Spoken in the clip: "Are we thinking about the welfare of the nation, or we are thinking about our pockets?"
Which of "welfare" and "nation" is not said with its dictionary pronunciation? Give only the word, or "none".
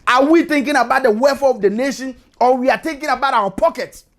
welfare